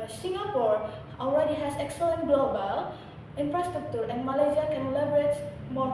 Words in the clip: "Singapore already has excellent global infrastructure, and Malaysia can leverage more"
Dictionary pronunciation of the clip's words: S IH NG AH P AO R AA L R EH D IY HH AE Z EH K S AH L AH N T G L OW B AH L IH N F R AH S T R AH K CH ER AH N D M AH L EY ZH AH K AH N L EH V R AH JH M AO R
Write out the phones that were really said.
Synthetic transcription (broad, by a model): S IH NG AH P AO R AA L R EH D IY HH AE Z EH K S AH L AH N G L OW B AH L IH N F R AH S T R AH K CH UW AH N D M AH L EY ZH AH K AH N L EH B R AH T M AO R